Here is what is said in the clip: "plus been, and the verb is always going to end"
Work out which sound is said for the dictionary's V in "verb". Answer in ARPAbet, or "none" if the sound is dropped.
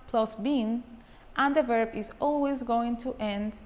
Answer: V